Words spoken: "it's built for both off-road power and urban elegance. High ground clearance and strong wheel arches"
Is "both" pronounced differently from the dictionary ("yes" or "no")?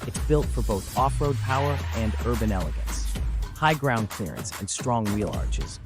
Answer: no